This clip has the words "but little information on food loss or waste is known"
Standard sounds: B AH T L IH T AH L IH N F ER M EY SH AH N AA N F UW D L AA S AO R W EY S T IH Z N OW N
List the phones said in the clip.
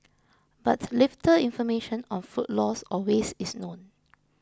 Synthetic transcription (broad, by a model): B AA T L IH T AH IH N F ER M EY SH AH N AA N F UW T L AA S AO L W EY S IH S N OW N